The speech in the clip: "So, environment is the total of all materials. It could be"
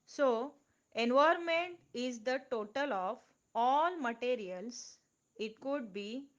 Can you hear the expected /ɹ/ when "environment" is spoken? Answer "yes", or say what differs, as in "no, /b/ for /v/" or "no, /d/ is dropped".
no, /ɹ/ is dropped